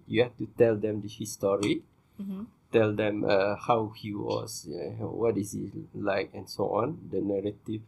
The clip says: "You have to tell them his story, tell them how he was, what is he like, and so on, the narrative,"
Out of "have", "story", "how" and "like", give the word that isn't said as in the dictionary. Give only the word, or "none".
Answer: have